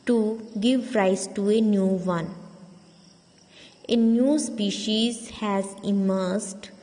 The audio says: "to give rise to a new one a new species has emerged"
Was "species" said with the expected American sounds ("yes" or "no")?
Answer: yes